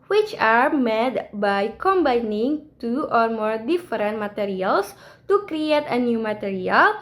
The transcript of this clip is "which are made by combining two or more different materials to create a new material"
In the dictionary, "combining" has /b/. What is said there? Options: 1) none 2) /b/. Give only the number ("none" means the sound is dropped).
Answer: 2